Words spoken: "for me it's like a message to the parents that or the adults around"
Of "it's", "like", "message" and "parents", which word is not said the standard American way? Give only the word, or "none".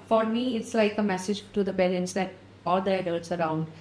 parents